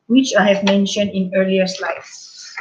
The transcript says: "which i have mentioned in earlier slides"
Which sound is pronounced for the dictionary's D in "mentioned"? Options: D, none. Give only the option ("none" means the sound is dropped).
D